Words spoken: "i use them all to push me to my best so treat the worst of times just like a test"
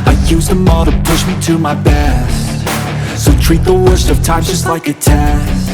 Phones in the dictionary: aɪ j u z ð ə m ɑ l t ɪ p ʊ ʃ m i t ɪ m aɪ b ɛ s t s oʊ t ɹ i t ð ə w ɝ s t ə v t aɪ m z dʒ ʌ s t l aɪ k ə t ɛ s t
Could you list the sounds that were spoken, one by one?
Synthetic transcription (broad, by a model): aɪ j u z ð ə m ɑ t ɪ p ʊ ʃ m i t ɪ m aɪ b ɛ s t s oʊ t ɹ i t ð ə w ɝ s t ə v t aɪ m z dʒ ʌ s t l aɪ k ə t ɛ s